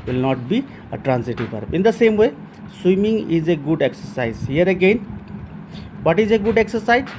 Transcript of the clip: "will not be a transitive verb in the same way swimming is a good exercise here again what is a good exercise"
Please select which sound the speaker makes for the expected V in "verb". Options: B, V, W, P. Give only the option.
P